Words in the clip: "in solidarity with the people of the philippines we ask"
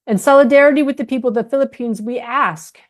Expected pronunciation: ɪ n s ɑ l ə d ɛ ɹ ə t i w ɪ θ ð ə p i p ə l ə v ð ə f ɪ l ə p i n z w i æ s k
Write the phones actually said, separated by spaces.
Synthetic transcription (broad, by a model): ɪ n s ɑ l ə d ɛ ɹ ə t i w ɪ ð ə p i p l ð ə f ɪ l ə p i n z w i æ s k